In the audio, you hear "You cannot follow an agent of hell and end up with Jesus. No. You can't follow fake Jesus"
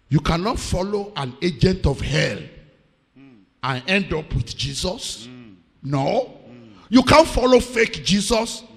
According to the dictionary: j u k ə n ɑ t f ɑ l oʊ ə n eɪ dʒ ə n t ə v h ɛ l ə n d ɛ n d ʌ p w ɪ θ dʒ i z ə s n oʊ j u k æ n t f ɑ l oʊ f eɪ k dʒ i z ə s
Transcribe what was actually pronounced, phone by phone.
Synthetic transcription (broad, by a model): j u k ə n ɑ t f ɑ l oʊ ə n eɪ dʒ ə n t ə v h ɛ l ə n ɛ n d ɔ p w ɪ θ dʒ i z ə s n oʊ j u k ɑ n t f ɑ l oʊ f eɪ k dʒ i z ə s